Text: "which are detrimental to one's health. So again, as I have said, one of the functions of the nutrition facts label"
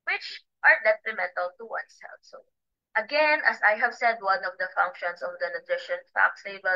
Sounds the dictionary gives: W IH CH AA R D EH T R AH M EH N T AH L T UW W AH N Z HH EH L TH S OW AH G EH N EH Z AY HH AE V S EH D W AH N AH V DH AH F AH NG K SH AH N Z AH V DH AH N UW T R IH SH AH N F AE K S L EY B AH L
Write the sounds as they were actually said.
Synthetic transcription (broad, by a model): W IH CH AA R D EH T R AH M EH N T AH L T UW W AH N S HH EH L S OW AH G EH N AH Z AY HH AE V S EH D W AH N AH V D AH F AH NG K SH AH N S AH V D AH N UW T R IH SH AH N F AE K S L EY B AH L